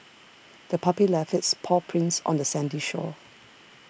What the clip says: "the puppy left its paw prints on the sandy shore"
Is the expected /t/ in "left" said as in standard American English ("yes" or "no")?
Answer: no